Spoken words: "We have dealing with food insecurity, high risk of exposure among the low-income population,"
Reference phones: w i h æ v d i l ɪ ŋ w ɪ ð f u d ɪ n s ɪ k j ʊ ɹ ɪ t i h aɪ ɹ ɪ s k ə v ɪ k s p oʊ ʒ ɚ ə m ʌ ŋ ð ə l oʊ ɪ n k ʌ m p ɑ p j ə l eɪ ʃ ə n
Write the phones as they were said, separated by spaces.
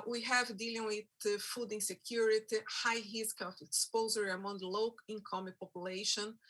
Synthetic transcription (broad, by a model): w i h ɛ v d i l ɪ ŋ w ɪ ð f u d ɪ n s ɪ k j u ɹ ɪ t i h aɪ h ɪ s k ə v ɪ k s p oʊ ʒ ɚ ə ʌ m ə l oʊ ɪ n k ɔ m p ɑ p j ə l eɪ ʃ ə n